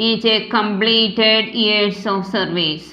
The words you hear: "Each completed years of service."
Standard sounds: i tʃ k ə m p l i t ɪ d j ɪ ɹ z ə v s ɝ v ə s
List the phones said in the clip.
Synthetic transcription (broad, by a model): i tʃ k ə m p l i t ɪ d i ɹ s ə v s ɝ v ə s